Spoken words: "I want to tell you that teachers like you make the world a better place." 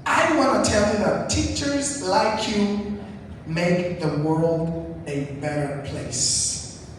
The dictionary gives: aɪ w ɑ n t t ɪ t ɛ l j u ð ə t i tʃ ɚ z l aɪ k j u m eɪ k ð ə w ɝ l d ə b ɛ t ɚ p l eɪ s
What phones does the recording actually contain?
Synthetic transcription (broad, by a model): aɪ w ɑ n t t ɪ t ɛ l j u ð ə t i tʃ ɚ z l aɪ k j u m eɪ k ð ə w ɝ l d ə b ɛ t ɚ p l eɪ s